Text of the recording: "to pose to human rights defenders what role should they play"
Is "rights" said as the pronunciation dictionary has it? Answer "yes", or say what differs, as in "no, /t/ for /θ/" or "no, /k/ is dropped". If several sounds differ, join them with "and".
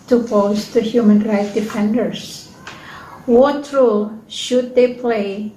no, /s/ is dropped